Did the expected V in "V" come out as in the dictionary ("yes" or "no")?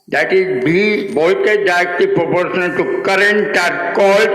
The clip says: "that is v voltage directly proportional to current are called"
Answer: no